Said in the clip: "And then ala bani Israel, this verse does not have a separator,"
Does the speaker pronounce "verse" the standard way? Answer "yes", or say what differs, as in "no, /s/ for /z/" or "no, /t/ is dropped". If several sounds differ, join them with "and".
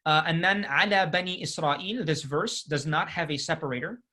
yes